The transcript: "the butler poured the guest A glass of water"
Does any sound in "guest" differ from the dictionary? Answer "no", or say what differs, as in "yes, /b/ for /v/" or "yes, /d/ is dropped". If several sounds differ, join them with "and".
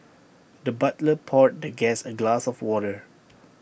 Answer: yes, /t/ is dropped